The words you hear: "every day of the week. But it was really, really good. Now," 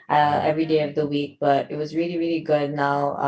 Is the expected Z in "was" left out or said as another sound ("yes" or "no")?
no